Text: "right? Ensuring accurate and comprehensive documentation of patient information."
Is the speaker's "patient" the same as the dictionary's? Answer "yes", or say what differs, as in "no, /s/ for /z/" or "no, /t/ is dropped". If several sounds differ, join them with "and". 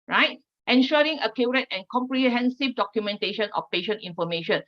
yes